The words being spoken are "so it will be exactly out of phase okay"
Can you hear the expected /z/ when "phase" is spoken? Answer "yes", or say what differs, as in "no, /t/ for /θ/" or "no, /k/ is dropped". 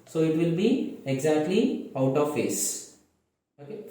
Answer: no, /s/ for /z/